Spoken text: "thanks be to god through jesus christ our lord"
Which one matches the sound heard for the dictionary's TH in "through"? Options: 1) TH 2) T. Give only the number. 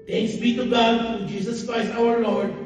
2